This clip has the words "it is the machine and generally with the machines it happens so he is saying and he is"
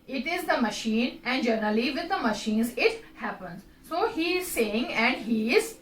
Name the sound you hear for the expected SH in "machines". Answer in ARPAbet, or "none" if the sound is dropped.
SH